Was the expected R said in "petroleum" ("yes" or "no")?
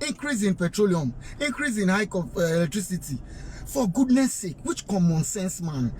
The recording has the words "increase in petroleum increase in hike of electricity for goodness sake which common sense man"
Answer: yes